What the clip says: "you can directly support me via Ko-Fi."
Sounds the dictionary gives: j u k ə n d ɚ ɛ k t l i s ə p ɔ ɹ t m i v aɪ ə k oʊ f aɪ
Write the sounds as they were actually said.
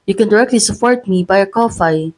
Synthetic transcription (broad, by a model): j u k ə n d ɚ ɛ k t l i s ə p ɔ ɹ t m i b aɪ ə k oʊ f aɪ